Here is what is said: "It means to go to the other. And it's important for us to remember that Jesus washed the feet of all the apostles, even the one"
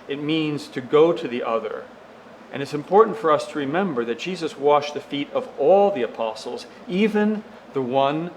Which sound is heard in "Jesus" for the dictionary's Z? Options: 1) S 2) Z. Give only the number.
2